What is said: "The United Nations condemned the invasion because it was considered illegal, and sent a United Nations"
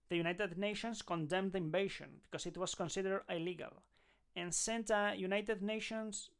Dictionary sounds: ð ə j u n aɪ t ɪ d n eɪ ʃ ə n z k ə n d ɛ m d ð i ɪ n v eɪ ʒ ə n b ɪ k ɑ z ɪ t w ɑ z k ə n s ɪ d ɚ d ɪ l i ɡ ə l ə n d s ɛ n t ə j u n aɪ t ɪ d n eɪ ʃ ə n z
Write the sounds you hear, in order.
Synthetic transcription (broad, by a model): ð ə j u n aɪ t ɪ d n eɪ ʃ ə n s k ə n d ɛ m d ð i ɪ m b eɪ ʃ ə n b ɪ k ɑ s ɪ t w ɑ s k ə n s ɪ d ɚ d ɪ l i ɡ ə l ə n s ɛ n t ə j u n aɪ t ɪ d n eɪ ʃ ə n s